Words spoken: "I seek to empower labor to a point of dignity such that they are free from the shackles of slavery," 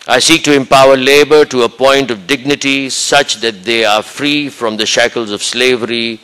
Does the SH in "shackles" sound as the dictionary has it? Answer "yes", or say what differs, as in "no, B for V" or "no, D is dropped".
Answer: yes